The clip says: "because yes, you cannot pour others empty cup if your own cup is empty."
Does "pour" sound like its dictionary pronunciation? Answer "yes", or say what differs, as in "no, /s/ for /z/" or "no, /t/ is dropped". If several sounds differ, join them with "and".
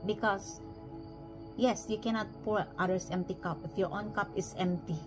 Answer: yes